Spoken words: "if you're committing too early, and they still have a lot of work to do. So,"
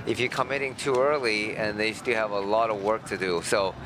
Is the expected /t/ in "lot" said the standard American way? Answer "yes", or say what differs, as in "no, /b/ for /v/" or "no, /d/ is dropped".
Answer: yes